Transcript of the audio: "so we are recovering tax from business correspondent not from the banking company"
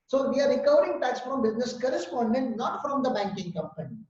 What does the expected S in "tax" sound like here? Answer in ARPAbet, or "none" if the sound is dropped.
S